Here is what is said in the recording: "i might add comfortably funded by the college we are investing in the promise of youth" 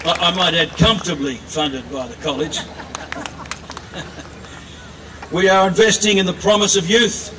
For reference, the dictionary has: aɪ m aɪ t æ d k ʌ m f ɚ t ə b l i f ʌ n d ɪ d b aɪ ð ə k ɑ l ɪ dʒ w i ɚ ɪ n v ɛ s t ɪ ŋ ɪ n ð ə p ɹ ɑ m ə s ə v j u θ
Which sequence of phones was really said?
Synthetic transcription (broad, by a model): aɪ m aɪ t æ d k ʌ m f t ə b l i f ʌ n d ɪ d b aɪ ð ə k ɑ l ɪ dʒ w i ɚ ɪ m v ɛ s t ɪ ŋ ɪ n ð ə p ɹ ɑ m ə s ə v j u θ